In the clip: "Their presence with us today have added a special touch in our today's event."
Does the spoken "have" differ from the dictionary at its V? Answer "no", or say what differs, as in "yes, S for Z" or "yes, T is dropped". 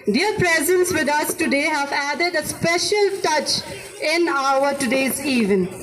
no